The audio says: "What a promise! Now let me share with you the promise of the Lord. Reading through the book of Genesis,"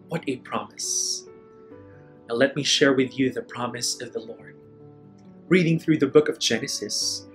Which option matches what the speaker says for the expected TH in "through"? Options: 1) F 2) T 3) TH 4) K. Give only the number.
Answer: 3